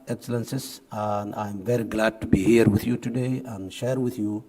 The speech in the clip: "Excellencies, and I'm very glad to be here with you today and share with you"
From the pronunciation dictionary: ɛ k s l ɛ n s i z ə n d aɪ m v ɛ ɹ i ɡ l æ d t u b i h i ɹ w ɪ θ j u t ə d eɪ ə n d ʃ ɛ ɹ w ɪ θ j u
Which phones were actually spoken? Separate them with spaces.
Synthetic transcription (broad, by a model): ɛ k s l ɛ n s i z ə n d aɪ m v ɛ ɹ i ɡ l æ d t u b i h i ɹ w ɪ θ j u t ə d eɪ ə n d ʃ ɛ ɹ w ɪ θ j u